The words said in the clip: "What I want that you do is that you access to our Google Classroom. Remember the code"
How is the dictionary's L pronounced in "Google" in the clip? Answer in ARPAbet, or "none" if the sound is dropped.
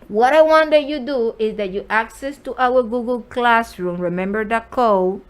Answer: L